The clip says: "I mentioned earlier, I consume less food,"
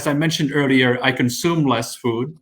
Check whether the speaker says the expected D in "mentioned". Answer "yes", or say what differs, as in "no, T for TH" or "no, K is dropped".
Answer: yes